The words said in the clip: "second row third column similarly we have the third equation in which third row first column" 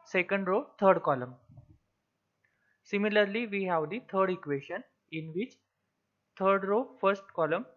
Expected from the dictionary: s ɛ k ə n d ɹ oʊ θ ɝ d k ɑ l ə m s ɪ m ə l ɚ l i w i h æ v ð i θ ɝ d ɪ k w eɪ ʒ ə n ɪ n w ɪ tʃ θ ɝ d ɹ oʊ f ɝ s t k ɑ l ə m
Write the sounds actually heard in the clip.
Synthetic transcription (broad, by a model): s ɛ k ə n d ɹ oʊ t ɝ d k ɑ l ə m s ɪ m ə l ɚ l i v i h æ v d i t ɝ d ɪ k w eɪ ʃ ə n ɪ n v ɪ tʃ t ɝ d ɹ oʊ f ɝ s t k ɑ l ə m